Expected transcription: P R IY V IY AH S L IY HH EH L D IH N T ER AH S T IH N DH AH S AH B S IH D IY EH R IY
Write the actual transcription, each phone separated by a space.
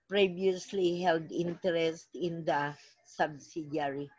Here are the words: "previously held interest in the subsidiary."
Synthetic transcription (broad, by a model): P R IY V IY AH S L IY HH EH L D IH N T ER AH S T IH N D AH S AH B S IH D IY R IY